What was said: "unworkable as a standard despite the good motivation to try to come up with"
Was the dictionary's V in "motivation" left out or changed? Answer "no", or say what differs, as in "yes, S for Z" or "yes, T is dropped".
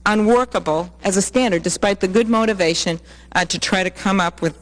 no